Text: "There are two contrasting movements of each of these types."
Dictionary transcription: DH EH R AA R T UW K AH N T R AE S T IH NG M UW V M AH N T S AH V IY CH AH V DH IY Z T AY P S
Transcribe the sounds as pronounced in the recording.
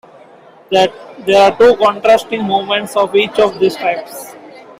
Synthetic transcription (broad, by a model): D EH R AA R T UW K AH N T R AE S T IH NG M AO M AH N T S AH V IY CH AH V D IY S T AY P S